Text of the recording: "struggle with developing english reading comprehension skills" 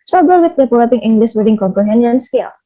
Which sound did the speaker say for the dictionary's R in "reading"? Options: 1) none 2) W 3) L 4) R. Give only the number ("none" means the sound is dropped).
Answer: 2